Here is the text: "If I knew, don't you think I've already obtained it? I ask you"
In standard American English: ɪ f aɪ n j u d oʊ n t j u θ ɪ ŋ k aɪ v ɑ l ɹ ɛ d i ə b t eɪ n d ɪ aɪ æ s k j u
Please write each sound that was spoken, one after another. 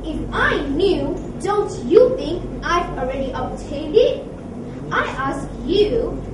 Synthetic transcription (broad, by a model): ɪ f aɪ n j u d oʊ n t j u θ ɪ ŋ k aɪ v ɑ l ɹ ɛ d i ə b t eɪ d ɪ aɪ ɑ s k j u